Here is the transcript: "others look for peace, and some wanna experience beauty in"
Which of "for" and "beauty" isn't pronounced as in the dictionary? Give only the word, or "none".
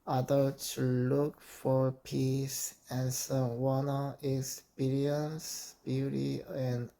none